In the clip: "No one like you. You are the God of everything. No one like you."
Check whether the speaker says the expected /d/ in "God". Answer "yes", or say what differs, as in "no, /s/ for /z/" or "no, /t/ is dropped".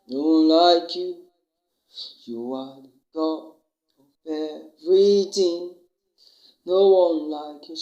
no, /d/ is dropped